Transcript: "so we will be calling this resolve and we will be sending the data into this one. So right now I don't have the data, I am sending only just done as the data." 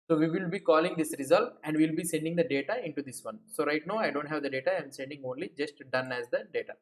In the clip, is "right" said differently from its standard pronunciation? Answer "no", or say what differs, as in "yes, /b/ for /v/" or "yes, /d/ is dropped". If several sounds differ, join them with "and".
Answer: no